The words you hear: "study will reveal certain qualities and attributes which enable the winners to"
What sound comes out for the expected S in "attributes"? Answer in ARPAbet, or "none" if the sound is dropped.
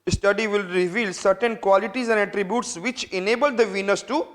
S